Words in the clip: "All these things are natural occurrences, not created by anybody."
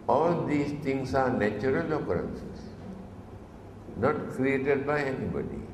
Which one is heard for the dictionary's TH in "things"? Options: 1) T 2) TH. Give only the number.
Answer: 1